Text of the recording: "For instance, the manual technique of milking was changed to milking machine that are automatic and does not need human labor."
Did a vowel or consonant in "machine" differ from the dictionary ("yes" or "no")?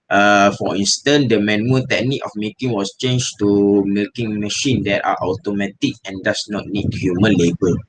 no